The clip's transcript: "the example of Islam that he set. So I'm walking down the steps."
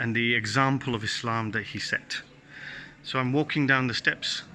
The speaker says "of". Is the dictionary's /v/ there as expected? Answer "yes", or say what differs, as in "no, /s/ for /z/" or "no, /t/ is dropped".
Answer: yes